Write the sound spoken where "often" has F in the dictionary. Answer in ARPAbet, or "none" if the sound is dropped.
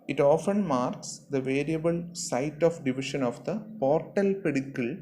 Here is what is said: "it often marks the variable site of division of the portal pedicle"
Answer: F